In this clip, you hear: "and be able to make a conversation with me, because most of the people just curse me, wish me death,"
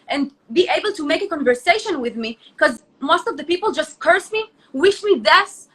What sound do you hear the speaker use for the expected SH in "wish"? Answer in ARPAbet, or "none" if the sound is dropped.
SH